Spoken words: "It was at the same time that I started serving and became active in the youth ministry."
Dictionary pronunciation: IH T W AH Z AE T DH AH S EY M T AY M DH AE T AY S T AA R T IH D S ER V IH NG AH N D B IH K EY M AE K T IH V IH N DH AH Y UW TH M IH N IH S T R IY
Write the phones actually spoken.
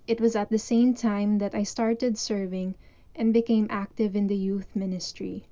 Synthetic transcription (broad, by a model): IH T W AH Z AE T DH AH S EY M T AY M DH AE T AY S T AA R T IH D S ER V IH NG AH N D B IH K EY M AE K T IH V IH N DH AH Y UW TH M IH N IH S T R IY